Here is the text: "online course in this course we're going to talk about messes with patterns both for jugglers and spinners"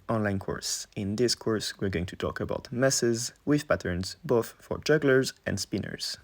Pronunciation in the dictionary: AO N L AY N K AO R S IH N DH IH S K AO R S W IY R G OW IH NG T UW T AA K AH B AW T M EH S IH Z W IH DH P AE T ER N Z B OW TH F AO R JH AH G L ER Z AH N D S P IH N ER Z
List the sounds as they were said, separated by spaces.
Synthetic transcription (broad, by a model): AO N L AY N K AO R S IH N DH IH S K AO R S W IY R G OW IH NG T UW T AA K AH B AW T M EH S IH Z W IH DH P AE T ER N Z B OW TH F AO R JH AH G L ER Z AH N D S P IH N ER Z